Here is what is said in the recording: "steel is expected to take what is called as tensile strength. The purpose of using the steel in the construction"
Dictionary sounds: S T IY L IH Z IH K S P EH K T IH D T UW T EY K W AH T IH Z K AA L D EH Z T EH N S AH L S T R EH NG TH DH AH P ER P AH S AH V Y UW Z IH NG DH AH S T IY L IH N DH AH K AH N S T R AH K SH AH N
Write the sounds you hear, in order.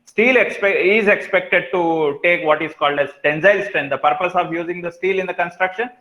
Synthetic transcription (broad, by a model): S T IY L IH Z IH K S P EH K T IH D T UW T EY K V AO T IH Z K AA L D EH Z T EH N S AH L S T R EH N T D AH P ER P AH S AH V Y UW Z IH NG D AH S T IY L IH N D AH K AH N S T R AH K SH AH N